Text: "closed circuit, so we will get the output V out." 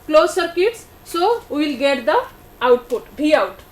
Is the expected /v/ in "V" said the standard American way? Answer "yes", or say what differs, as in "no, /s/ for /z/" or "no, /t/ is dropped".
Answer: no, /b/ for /v/